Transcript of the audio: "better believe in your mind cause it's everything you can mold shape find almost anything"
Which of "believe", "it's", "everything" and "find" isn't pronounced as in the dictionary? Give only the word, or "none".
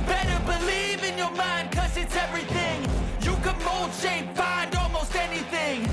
none